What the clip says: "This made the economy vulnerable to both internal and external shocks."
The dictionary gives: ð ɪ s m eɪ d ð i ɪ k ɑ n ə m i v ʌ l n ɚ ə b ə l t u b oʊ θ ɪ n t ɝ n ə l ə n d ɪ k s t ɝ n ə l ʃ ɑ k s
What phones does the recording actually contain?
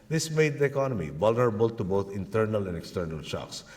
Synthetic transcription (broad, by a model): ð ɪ s m eɪ d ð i ɪ k ɑ n ə m i v ʌ l n ɚ ə b ə l t u b oʊ t ɪ n t ɝ n ə l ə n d ɪ k s t ɝ n ə l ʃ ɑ k s